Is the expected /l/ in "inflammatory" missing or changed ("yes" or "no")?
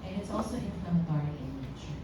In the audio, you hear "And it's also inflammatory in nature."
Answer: yes